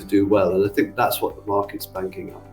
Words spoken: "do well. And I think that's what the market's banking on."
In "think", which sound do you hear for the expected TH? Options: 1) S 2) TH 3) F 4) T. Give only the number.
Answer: 2